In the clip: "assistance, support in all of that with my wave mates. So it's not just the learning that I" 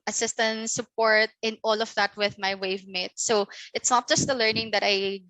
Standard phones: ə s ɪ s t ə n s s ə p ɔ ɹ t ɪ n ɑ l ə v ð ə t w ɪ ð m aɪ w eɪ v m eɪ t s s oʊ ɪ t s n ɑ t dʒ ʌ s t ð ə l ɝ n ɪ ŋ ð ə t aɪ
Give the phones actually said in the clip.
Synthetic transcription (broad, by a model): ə s ɪ s t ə n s s ə p ɔ ɹ t ɪ n ɑ l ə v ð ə t w ɪ ð m aɪ w eɪ v m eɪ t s s oʊ ɪ t s n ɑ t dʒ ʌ s t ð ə l ɝ n ɪ ŋ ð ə t aɪ